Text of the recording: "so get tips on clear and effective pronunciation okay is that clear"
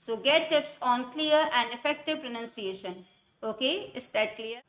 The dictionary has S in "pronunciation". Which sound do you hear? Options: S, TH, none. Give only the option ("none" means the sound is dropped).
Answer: S